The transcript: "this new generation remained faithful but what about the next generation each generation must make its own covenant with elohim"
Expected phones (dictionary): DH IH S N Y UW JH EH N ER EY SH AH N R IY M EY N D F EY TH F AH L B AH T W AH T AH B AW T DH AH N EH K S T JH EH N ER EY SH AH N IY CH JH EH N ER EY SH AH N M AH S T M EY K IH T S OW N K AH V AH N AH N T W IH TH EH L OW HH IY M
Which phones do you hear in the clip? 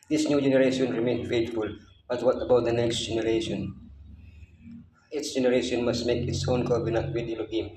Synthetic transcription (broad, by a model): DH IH S N Y UW JH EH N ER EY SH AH N R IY M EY N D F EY T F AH L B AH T W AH T AH B AW T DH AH N EH K S T JH EH N ER EY SH AH N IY S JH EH N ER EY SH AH N M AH S T M EY K IH T S OW N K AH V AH N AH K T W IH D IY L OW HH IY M